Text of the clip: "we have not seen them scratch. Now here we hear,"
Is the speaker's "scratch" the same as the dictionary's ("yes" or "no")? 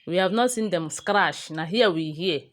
no